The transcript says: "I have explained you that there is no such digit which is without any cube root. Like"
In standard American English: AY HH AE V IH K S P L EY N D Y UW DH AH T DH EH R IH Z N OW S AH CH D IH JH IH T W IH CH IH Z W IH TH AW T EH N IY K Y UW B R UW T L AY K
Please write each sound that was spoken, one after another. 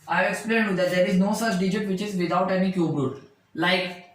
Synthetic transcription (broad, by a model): AY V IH K S P L EY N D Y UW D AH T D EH R IH Z N OW S AH CH D IH JH IH T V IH CH IH Z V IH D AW T EH N IY K Y UW B R UW T L AY K